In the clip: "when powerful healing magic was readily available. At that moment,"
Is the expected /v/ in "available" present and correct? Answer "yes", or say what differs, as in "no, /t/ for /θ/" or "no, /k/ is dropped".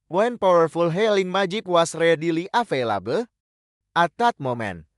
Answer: no, /f/ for /v/